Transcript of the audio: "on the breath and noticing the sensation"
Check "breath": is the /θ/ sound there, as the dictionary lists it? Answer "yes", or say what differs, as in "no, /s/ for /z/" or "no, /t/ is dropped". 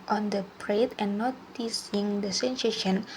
no, /t/ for /θ/